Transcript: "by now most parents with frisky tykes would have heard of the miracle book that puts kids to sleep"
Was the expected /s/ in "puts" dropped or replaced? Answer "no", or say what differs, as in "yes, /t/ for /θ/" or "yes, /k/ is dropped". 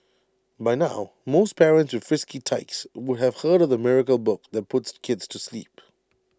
no